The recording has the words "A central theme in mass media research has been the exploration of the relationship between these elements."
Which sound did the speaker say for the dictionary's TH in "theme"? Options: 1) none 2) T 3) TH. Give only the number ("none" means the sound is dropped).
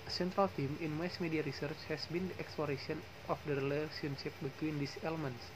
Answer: 2